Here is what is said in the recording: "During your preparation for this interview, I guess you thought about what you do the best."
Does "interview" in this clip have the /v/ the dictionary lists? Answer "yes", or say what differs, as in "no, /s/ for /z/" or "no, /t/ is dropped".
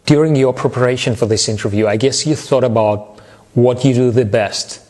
yes